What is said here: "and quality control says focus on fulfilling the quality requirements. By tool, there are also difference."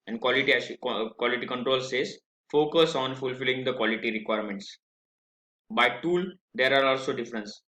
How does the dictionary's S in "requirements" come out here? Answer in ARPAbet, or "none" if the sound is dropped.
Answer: S